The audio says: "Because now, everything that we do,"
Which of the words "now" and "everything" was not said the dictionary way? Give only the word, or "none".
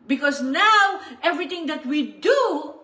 everything